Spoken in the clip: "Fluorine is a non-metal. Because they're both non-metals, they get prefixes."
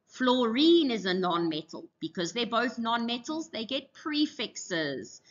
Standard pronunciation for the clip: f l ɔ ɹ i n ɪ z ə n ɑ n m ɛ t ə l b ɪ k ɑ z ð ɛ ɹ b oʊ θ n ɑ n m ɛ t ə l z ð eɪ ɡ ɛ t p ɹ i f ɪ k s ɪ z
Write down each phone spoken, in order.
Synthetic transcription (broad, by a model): f l ɔ ɹ i n ɪ z ə n ɑ n m ɛ t ə l b ɪ k ɑ z ð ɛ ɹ b oʊ θ n ɑ n m ɛ t ə l z ð eɪ ɡ ɛ t p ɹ i f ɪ k s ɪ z